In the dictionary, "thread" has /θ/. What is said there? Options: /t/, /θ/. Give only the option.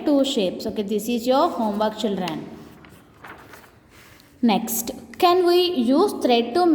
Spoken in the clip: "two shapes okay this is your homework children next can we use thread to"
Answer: /t/